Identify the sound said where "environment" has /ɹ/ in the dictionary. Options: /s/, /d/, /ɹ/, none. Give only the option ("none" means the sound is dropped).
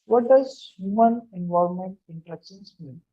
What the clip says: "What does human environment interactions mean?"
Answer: none